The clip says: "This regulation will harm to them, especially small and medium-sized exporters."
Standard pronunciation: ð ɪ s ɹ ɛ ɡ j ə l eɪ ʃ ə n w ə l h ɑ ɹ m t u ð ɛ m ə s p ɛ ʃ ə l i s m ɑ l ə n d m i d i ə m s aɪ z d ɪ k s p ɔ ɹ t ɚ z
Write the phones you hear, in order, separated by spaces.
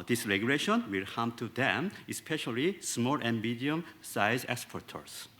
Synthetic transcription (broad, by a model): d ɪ s ɹ ɛ ɡ j ə l eɪ ʃ ə n w ə l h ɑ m t u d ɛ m ə s p ɛ ʃ ə l i s m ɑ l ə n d m i d i ə m s aɪ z ɪ k s p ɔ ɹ t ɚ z